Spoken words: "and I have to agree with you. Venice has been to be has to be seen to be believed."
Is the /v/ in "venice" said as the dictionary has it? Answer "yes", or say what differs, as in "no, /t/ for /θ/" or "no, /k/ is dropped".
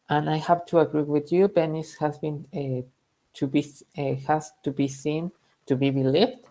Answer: no, /b/ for /v/